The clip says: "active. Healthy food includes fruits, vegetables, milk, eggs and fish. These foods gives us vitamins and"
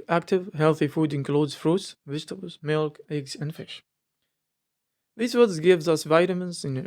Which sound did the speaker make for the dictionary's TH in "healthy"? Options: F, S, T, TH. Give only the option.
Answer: TH